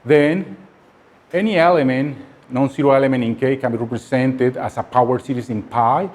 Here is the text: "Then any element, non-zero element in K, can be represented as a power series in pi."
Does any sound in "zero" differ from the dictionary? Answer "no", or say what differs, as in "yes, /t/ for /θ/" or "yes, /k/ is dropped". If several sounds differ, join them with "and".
yes, /s/ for /z/